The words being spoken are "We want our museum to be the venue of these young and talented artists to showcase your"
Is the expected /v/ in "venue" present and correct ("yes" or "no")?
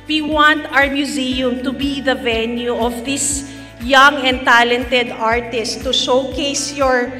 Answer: yes